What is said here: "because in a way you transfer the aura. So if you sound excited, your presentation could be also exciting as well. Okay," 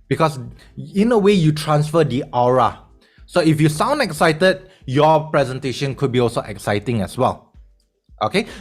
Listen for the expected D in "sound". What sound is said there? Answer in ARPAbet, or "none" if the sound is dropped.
D